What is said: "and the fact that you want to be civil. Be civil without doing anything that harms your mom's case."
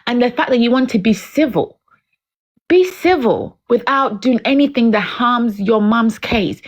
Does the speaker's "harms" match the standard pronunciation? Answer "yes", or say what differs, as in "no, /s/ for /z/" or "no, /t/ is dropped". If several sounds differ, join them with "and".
yes